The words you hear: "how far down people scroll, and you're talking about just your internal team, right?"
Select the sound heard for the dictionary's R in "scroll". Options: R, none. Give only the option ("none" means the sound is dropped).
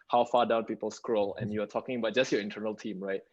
R